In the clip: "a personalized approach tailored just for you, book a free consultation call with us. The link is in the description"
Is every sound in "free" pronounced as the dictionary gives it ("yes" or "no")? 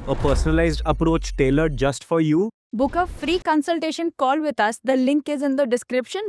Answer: yes